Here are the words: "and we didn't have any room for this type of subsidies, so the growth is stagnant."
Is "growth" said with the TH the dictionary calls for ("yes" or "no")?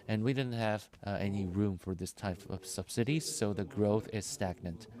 yes